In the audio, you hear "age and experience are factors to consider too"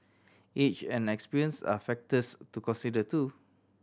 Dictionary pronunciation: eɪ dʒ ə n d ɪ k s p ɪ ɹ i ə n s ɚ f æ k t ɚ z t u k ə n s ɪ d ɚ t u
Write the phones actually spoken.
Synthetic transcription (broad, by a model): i tʃ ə n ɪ k s p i ɹ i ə n s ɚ f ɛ k t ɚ s t u k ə n s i d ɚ t u